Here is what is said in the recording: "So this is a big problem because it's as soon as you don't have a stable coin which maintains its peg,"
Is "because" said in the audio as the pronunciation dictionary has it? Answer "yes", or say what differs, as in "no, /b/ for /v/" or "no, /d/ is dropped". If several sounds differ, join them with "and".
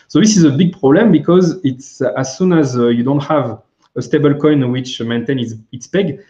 yes